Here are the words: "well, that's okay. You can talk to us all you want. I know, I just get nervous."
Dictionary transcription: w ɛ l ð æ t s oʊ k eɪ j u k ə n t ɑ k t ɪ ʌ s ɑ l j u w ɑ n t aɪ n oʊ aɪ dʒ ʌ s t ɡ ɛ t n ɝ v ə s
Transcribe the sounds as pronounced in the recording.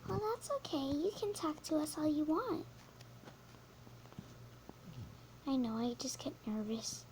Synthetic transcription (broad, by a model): w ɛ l ð æ t s oʊ k eɪ j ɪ k ə n t ɑ k t ɪ ʌ s ɑ l j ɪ w ɑ n t aɪ n oʊ aɪ dʒ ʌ s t ɡ ɛ t n ɝ v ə s